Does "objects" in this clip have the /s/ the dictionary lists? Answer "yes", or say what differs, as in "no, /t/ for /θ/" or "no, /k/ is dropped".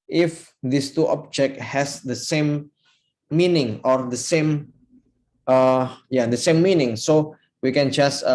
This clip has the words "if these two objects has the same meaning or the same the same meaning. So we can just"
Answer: no, /s/ is dropped